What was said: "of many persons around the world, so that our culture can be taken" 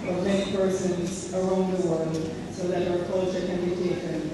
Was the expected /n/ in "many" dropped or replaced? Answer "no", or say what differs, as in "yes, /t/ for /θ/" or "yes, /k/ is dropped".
yes, /n/ is dropped